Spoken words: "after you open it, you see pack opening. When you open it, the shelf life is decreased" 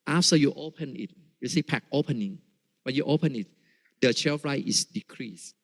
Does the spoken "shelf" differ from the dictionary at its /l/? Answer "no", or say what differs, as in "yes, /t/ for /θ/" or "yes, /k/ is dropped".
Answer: yes, /l/ is dropped